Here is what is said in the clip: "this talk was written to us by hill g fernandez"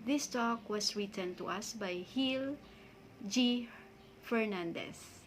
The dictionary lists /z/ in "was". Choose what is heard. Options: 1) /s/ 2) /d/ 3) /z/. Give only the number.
1